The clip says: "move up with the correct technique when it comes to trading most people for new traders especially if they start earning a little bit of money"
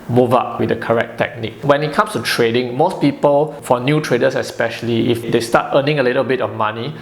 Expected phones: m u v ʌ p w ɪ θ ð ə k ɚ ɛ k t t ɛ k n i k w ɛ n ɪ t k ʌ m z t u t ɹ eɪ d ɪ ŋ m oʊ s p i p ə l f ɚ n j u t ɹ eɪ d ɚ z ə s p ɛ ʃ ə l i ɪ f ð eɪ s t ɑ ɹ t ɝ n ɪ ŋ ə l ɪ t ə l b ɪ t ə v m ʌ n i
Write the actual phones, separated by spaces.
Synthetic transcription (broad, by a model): m u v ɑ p w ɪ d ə k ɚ ɛ k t t ɛ k n i k w ɛ n ɪ t k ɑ m s t u t ɹ eɪ d ɪ ŋ m oʊ s p i p ə l f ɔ n j u t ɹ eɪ d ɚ s ə s p ɛ ʃ ə l i ɪ f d eɪ s t ɑ t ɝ n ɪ ŋ ə l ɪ t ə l b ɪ t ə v m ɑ n i